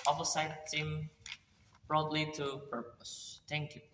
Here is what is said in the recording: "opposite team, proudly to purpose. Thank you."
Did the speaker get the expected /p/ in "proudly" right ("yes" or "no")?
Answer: no